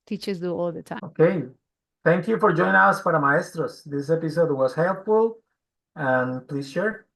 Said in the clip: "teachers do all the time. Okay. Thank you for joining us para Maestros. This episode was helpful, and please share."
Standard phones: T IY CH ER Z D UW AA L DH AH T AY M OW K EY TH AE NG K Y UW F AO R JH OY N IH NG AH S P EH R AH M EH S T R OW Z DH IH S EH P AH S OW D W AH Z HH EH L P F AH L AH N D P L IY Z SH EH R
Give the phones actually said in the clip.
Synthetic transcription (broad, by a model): T IY CH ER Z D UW AA L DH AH T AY OW K EY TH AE NG K Y UW F AO R JH OY N IH NG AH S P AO R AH M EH S T R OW S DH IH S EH P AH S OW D W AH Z HH EH L P F AH L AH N P L IY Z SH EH R